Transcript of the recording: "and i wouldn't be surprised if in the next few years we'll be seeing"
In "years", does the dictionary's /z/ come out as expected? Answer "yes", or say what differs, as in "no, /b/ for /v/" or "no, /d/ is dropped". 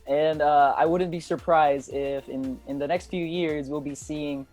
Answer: yes